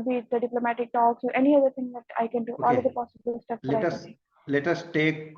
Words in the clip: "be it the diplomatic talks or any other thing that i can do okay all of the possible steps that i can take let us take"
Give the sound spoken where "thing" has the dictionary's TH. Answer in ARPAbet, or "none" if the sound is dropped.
T